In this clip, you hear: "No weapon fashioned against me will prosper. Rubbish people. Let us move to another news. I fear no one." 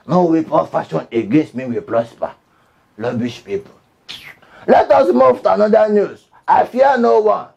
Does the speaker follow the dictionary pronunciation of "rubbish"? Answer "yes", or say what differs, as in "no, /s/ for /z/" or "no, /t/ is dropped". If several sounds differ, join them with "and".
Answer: no, /l/ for /ɹ/